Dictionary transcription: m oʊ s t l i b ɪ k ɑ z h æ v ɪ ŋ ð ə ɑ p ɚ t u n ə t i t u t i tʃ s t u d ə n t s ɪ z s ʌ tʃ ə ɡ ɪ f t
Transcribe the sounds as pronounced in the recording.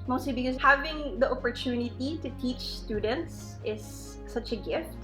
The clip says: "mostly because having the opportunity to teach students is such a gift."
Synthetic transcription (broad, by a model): m oʊ s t l i b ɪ k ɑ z h æ v ɪ ŋ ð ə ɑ p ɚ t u n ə t i t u t i tʃ s t u d ə n t s ɪ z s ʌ tʃ ə ɡ ɪ f t